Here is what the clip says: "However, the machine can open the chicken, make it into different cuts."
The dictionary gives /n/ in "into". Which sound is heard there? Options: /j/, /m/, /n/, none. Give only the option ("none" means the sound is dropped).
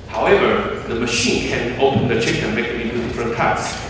none